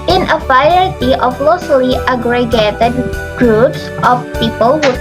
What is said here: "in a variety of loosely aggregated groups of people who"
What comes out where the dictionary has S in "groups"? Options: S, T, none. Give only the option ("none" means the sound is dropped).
S